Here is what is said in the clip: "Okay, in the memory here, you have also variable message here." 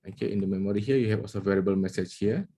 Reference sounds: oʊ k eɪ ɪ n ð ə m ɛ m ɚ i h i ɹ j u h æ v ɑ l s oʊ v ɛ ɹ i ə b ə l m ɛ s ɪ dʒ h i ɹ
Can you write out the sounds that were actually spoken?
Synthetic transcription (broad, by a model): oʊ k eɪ ɪ n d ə m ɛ m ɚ i h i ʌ j u h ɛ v ɑ l s oʊ v ɛ ɹ i ə b ə l m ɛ s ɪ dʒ h i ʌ